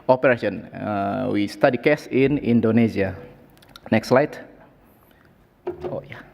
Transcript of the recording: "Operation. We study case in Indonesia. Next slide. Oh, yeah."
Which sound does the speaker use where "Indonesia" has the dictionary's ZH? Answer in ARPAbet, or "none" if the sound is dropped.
Z